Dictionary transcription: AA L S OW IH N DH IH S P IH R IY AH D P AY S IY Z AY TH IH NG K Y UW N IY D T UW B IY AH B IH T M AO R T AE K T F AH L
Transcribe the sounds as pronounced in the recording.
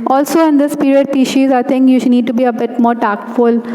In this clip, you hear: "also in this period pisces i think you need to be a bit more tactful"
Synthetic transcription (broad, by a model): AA L S OW IH N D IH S P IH R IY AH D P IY SH IY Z AY T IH NG K Y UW N IY D T UW B IY AH B IH T M AO R T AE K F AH L